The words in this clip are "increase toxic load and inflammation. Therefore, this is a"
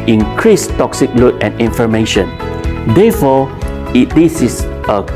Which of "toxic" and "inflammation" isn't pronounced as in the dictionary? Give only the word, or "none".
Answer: inflammation